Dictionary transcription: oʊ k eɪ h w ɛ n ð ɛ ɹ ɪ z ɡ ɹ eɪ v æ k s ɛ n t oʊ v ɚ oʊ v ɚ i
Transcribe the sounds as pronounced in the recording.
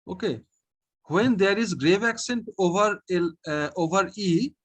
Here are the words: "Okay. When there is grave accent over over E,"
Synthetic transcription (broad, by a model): oʊ k eɪ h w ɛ n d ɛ ɹ ɪ z ɡ ɹ eɪ v æ k s ɛ n t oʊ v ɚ oʊ v ɚ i